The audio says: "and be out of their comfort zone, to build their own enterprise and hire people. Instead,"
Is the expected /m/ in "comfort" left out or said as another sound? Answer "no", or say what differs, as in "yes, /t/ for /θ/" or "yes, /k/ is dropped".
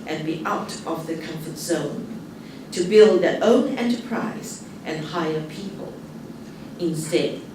no